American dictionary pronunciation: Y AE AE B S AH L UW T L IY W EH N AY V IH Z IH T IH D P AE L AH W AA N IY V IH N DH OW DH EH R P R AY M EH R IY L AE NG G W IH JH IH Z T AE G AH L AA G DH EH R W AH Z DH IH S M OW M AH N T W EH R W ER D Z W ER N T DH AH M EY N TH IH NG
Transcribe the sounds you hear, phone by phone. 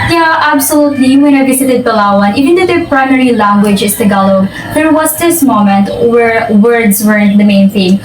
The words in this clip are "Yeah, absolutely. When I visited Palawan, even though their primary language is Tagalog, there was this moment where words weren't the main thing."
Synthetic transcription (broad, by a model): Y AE AE B S AH L UW T L IY W EH N AY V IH S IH T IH D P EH L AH W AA N IY V IH N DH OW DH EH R P R AY M EH R IY L AE NG G W IH JH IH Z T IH G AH L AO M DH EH R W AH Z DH IH S M OW M AH N T W EH R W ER D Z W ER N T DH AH M EY N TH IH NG